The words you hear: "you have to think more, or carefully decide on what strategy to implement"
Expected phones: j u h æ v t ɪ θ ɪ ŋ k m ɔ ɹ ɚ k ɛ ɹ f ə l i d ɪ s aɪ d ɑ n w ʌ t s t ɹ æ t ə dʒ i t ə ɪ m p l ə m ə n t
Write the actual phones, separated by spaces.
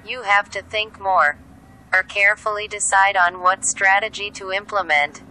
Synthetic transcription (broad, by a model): j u h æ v t ɪ θ ɪ ŋ k m ɔ ɹ ɚ k ɛ ɹ f l i d ɪ s aɪ d n w ʌ t s t ɹ æ t ə dʒ i t ə ɪ m p l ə m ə n t